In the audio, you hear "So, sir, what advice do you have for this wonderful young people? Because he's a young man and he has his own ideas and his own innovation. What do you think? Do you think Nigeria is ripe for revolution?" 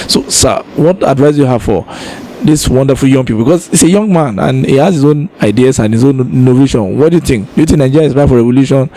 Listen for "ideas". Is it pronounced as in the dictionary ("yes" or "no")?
no